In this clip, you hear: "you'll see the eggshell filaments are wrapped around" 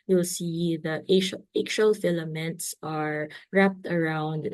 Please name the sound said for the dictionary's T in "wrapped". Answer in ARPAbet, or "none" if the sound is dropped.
T